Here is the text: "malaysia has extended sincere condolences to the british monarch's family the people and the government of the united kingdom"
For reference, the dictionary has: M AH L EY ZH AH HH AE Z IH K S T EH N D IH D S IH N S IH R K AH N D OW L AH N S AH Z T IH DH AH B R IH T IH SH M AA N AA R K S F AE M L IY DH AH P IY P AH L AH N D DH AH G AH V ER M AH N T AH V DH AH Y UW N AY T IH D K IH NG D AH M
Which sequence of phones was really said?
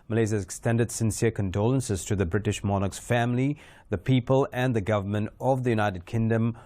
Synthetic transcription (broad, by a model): M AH L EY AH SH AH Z IH K S T EH N D IH D S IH N S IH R K AH N D OW L AH N S AH Z T IH DH AH B R IH T IH SH M AA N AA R K S F AE M L IY DH AH P IY P AH L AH N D DH AH G AH V ER M AH N T AH V DH AH Y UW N AY T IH D K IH NG D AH M